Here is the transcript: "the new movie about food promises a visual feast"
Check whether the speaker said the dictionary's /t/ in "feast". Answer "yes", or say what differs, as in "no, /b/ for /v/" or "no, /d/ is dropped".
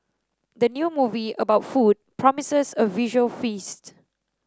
yes